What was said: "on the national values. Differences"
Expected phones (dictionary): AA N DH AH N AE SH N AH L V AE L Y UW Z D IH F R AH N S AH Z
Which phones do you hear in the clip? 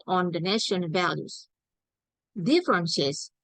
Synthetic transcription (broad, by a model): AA N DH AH N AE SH AH N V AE L Y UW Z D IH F R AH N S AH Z